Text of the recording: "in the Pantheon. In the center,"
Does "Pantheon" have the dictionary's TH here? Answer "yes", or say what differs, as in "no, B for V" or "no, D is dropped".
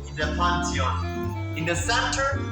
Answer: no, T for TH